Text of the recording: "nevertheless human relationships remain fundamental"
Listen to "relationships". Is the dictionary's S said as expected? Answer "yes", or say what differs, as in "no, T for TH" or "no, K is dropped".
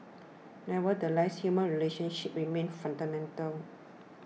no, S is dropped